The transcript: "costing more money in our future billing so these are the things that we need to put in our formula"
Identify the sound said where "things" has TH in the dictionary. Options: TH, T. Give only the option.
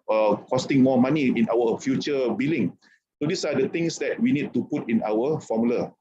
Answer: T